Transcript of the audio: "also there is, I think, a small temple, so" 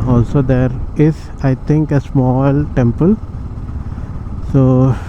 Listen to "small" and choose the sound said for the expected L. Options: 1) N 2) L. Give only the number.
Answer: 2